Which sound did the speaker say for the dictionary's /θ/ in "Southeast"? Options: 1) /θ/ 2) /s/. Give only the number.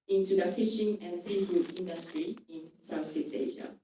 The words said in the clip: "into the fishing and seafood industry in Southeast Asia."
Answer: 2